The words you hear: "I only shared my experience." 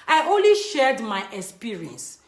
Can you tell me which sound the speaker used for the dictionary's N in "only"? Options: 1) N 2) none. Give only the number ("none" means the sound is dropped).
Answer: 1